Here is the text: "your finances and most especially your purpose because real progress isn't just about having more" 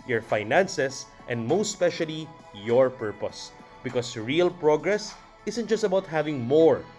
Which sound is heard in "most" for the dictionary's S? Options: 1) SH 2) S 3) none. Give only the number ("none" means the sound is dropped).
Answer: 3